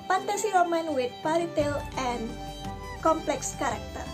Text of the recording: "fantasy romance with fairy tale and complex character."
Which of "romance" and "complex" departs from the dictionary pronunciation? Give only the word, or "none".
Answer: romance